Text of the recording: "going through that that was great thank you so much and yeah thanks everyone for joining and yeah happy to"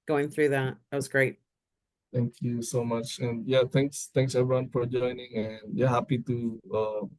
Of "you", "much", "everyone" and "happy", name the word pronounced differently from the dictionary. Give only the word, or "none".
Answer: none